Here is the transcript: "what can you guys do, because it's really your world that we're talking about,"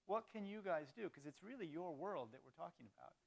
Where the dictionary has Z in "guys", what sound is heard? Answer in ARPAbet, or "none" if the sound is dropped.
Z